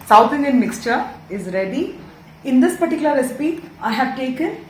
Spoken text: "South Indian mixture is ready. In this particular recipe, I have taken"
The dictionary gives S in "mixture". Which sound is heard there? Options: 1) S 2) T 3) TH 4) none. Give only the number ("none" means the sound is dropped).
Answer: 1